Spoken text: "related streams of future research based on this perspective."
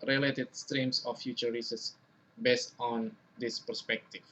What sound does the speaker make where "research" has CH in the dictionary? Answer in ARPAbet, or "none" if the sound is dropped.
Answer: S